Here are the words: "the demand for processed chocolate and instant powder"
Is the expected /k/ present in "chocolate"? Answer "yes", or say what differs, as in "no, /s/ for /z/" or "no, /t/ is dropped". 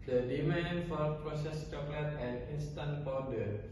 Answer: yes